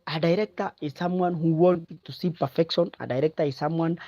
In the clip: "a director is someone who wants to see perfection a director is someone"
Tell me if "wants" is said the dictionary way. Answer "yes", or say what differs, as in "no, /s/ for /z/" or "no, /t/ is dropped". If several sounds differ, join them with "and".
no, /s/ is dropped